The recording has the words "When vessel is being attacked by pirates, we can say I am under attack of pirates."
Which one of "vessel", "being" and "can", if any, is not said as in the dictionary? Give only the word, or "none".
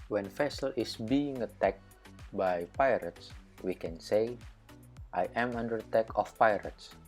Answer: vessel